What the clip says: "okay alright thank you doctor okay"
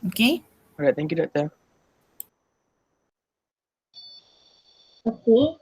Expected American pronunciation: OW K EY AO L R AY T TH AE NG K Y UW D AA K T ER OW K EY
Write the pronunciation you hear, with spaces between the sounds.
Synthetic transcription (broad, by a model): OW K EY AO R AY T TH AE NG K Y UW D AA T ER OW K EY